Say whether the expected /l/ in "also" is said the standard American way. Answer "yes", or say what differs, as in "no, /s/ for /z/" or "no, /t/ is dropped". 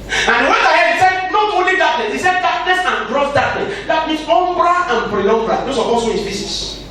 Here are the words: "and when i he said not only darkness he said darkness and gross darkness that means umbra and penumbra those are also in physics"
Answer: no, /l/ is dropped